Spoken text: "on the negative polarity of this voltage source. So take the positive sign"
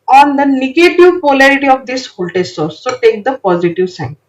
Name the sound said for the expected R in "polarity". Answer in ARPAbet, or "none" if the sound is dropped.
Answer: R